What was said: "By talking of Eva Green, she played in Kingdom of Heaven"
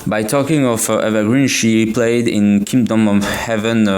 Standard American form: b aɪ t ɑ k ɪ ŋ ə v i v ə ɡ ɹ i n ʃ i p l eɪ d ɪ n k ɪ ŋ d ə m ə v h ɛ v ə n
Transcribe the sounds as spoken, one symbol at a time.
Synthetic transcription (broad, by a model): b aɪ t ɑ k ɪ ŋ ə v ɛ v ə ɡ ɹ i n ʃ i p l eɪ d ɪ n k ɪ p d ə m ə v h ɛ v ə n